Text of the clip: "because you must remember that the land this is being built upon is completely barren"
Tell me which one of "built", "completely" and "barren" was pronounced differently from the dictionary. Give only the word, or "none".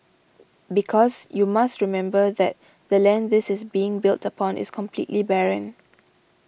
none